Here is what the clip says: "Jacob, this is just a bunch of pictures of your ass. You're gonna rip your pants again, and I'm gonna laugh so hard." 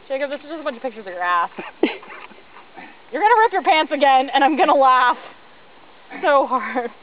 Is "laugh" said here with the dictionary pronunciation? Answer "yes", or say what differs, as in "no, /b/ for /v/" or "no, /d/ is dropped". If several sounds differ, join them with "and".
yes